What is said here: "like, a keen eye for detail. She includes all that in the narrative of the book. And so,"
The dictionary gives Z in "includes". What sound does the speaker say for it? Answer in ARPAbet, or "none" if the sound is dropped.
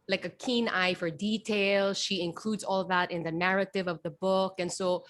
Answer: Z